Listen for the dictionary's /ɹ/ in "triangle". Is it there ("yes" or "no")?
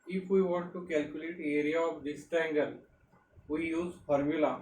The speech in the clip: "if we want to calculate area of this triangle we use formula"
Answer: no